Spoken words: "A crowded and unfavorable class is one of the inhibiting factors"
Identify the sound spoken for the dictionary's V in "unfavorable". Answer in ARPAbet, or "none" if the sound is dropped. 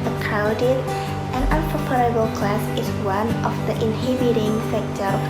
P